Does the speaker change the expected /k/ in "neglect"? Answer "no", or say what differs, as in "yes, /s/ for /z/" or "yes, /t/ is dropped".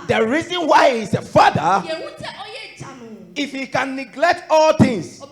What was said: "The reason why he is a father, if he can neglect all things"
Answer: no